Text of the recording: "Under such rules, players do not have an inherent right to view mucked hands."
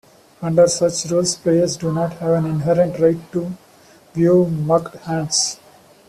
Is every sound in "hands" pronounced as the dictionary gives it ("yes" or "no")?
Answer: no